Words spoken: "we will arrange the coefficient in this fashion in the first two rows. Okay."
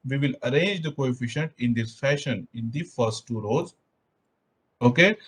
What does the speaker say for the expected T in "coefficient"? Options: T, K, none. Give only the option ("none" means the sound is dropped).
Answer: T